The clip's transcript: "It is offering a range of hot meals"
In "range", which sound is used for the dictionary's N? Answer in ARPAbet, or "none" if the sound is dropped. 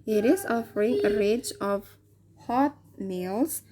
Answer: none